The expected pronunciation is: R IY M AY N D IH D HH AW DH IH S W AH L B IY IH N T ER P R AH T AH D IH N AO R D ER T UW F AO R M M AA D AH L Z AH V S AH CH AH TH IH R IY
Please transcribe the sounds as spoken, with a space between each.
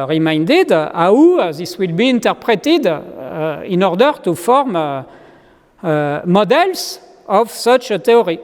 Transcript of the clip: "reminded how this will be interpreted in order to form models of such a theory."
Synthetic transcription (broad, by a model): R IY M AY N D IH D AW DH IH S W AH L B IY IH N T ER P R AH T AH D IH N AO R D ER T UW F AO R M M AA D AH L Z AH V S AH CH AH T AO R IY